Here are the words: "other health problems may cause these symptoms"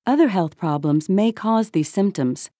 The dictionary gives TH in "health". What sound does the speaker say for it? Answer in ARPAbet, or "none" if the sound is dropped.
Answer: TH